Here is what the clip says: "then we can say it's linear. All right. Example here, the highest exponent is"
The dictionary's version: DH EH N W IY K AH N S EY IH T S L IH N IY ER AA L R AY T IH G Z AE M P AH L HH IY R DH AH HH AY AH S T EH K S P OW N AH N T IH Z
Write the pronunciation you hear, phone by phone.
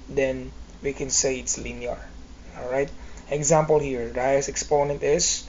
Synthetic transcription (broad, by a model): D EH N W IY K AH N S EY IH T S L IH N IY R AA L R AY T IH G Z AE M P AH L HH IY R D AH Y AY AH S EH K S P OW N AH N T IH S